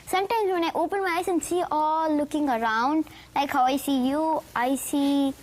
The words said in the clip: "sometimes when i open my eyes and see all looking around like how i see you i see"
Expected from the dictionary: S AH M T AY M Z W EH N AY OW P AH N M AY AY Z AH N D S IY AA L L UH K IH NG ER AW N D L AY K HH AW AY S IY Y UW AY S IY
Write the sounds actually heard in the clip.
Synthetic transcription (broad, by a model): S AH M T AY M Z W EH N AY OW P AH N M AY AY S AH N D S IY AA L L UH K IH NG ER AW N D L AY K HH AW AY S IY Y UW AY S IY